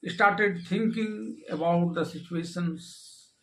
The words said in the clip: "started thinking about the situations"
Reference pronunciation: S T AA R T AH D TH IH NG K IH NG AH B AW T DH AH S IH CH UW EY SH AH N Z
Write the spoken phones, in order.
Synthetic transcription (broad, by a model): S T AA R T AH D T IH NG K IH NG AH B AW T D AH S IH CH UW EY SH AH N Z